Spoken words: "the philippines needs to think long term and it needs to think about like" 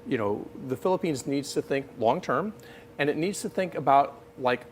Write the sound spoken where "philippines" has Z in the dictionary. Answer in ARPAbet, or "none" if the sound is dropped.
Z